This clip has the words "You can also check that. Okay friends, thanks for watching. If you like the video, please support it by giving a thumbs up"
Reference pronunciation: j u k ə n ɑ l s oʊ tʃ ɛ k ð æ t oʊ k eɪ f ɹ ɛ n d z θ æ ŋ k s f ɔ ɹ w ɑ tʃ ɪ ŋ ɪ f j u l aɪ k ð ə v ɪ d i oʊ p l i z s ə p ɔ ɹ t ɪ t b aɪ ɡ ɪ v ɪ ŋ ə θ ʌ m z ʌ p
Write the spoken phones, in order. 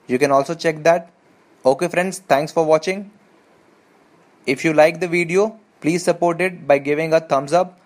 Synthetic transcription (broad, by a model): j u k ə n ɑ l s oʊ tʃ ɛ k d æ t oʊ k eɪ f ɹ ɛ n d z t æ ŋ k s f ɔ ɹ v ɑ tʃ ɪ ŋ ɪ f j u l aɪ k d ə v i d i oʊ p l i z s ə p ɔ ɹ t ɪ t b aɪ ɡ ɪ v ɪ ŋ ə t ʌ m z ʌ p